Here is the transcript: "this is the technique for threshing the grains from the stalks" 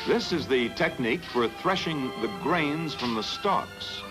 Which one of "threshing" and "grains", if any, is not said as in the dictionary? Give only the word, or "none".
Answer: none